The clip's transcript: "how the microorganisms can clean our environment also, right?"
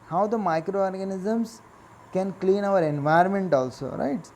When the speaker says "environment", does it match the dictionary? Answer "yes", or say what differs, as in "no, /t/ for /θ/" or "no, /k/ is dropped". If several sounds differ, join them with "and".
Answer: no, /ɹ/ is dropped